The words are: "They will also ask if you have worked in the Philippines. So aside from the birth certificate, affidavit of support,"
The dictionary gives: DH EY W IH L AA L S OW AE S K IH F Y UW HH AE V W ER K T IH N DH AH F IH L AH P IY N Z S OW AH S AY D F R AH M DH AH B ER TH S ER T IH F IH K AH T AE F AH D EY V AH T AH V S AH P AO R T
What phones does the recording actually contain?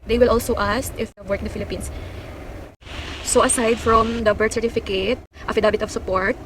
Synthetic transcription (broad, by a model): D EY W IH L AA L S OW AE S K IH F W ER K IH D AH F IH L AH P IY N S S OW AH S AY D F R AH M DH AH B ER T S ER T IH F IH K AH T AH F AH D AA B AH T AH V S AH P AO R T